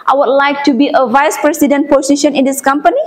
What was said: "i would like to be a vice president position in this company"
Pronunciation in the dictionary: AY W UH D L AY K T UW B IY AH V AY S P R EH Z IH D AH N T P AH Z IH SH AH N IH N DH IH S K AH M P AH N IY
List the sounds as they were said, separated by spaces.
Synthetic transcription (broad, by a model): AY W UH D L AY K T UW B IY AH V AY S P R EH S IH D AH N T P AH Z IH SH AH N IH N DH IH S K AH M P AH N IY